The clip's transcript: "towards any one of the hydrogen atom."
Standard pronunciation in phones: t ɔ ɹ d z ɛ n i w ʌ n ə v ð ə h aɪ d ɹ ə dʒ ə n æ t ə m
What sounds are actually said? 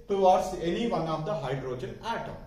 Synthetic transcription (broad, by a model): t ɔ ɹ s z ɛ n i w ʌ n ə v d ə h aɪ d ɹ ə dʒ ə n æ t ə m